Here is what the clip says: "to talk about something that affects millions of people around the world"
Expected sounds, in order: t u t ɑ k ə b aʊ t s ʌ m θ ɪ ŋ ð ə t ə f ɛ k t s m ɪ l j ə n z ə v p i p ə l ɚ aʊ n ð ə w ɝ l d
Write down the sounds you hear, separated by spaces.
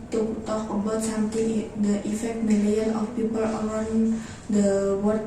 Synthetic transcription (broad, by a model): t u t ɑ k ə b aʊ t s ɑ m t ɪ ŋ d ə t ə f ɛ k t m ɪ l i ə n ə f p i p ə l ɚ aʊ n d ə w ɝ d